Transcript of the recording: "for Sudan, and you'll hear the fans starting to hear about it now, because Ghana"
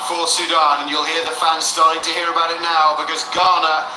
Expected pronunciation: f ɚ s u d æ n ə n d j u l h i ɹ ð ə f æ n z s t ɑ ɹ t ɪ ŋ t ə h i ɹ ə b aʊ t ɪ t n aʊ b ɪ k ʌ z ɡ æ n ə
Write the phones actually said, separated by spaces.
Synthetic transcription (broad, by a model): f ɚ s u d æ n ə n j u l h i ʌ ð ə f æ n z s t ɑ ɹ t ɪ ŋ t ə h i ɹ ə b aʊ t ɪ t n aʊ b ɪ k ʌ z ɡ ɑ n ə